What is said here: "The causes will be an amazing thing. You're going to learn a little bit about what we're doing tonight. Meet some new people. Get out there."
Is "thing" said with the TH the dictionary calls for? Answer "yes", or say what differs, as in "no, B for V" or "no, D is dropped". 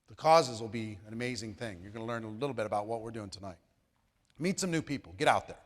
yes